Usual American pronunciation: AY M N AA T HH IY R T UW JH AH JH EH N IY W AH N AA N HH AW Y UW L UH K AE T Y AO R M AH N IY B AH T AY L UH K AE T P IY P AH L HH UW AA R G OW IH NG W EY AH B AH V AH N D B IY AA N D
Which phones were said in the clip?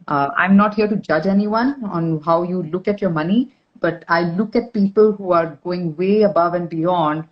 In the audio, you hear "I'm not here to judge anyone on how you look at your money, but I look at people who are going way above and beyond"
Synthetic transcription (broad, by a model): AY M N AA T HH IY R T UW JH AH JH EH N IY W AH N AA N HH AW Y UW L UH K AE T Y AO R M AH N IY B AH T AY L UH K AE T P IY P AH L HH UW AA R G OW IH NG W EY AH B AH V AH N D B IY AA N D